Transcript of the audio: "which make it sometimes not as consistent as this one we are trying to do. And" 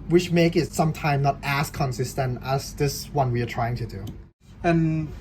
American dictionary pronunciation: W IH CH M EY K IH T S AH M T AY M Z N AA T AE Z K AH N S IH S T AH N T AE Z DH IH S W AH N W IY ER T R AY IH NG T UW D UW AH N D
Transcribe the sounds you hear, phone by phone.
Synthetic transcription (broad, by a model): W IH CH M EY K IH T S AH M T AY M N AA T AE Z K AH N S IH S T AH N T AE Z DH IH S W AH N W IY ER T R AY IH NG T UW D UW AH N